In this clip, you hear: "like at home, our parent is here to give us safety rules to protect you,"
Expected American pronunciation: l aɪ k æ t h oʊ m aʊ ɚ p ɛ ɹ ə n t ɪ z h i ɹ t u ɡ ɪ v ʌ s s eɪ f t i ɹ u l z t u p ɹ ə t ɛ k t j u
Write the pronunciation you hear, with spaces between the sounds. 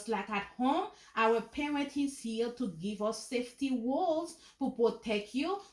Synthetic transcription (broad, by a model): l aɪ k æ t h oʊ m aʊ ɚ p ɛ ɹ ə n t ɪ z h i l t u ɡ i v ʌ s s eɪ f t i w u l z t u p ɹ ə t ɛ k j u